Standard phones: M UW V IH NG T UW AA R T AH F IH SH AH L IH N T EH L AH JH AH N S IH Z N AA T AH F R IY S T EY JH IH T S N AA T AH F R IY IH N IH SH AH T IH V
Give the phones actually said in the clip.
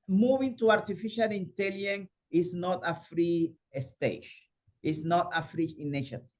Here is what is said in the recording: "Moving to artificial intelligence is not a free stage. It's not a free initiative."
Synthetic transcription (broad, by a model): M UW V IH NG T UW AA R T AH F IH SH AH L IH N T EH L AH AH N IH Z N AA T AH F R IY S T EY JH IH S N AA T AH F R IY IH N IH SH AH T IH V